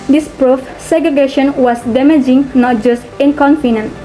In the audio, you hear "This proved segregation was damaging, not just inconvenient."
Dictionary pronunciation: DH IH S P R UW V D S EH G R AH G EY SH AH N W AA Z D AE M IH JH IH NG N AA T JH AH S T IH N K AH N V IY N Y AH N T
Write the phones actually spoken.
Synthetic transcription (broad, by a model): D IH S P R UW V S EH G R AH G EY SH AH N W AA S D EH M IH JH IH NG N AA T JH AH S T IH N K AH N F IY N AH N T